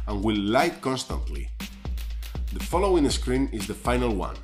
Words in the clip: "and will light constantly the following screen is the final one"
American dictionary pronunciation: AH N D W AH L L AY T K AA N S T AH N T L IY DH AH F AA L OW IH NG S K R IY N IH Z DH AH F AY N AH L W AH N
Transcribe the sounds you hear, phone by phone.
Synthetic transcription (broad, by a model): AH N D W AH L L AY T K AA N S T AH N T L IY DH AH F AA L OW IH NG S K R IY N IH Z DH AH F AY N AH L W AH N